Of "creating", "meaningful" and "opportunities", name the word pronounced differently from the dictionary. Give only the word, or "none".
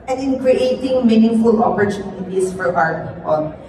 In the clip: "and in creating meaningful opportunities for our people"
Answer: opportunities